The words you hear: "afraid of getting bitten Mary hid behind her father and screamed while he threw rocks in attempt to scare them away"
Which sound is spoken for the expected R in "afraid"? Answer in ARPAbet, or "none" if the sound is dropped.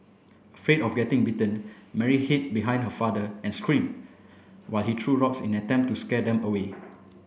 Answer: R